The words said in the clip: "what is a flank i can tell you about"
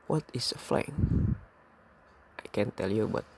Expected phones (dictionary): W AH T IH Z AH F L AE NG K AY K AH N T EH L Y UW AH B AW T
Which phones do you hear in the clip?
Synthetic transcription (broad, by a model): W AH T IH S AH F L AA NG AY K AH N T EH L Y UW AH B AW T